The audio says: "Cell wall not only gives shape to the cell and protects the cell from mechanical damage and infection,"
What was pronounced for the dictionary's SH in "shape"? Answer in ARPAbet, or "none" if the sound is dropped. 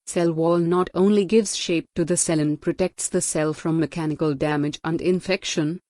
SH